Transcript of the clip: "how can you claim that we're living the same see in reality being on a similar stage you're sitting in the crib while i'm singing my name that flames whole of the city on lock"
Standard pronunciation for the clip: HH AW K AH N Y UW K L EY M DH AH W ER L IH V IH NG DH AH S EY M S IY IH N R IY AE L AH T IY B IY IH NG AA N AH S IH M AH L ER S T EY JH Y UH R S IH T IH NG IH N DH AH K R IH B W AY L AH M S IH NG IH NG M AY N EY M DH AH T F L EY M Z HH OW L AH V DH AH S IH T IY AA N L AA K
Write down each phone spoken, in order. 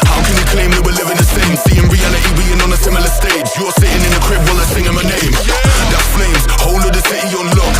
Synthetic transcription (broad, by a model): HH AW K AH N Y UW K L EY M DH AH W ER L IH V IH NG DH AH S EY M S IY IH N R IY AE N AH T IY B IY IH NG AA N AH S IH M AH L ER S T EY JH Y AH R S IH T IH NG IH N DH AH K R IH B L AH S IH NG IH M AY N EY M DH AH T F L EY M Z HH OW L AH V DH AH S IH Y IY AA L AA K